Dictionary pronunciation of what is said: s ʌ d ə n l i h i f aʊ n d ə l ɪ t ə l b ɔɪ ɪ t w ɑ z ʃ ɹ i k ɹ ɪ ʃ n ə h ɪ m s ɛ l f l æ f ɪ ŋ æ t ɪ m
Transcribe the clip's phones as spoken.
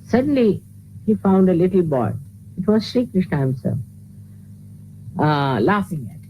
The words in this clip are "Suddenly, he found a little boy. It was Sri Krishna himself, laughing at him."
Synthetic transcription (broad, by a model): s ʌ d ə n l i h i f aʊ n d ə l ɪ t l b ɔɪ ɪ t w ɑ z ʃ ɹ i k ɹ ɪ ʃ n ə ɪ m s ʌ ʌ l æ f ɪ ŋ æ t